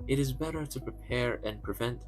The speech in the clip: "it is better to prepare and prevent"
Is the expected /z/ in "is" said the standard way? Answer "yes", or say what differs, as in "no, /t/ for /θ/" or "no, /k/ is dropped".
yes